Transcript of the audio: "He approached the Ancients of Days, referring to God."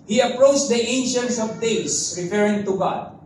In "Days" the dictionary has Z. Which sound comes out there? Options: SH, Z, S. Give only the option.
S